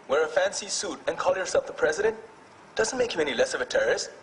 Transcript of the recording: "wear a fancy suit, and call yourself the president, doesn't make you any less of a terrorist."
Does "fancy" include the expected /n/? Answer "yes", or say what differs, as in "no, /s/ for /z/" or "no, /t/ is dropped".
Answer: yes